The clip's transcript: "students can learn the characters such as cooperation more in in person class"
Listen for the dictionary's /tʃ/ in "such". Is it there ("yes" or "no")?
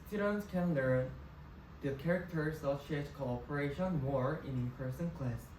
no